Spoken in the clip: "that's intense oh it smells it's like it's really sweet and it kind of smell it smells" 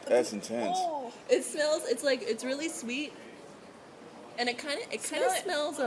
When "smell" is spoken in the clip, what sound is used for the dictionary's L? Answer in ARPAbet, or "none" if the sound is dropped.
N